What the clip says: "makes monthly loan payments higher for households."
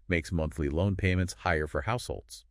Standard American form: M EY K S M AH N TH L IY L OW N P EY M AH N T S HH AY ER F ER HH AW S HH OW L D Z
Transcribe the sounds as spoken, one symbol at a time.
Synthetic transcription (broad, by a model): M EY K S M AH N TH L IY L OW N P EY M AH N T S HH AY ER F ER HH AW S HH OW L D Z